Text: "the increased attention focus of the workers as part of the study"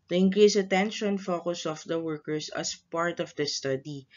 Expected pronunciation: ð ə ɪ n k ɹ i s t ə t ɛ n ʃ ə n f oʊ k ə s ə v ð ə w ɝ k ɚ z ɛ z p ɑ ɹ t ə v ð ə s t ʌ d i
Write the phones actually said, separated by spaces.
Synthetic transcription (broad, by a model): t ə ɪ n k ɹ i s ə t ɛ n ʃ ə n f oʊ k ə s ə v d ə w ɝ k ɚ s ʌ s p ɑ ɹ t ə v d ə s t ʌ d i